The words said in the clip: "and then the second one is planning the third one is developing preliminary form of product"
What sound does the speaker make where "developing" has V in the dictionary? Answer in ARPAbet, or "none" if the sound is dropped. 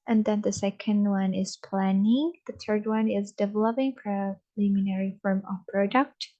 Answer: V